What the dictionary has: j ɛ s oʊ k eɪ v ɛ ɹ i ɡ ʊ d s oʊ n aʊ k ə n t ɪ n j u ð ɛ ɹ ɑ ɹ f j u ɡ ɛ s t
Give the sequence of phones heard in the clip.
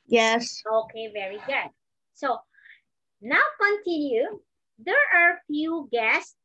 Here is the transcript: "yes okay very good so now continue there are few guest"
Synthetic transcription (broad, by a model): j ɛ s oʊ k eɪ v ɛ ɹ i ɡ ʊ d s oʊ n aʊ k ə n t ɪ n j u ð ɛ ɹ ɑ ɹ f j u ɡ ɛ s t